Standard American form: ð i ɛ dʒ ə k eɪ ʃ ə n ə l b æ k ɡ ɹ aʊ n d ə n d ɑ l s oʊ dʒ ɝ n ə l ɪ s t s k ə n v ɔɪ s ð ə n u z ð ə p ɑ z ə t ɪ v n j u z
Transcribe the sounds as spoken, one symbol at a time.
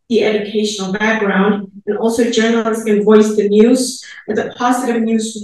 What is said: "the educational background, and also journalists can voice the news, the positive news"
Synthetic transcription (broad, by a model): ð i ɛ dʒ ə k eɪ ʃ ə n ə l b æ k ɡ ɹ aʊ n d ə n ɑ l s oʊ dʒ ɝ n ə l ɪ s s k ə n v ɔɪ s ð ə n u z ð ə p ɑ z ə t ɪ v n j u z